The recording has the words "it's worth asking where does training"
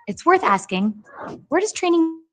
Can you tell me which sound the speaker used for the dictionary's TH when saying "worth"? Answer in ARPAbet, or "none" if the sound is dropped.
TH